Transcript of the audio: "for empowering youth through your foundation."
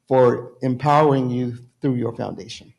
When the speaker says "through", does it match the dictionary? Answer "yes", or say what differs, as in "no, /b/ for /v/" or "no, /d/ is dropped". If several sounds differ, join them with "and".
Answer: yes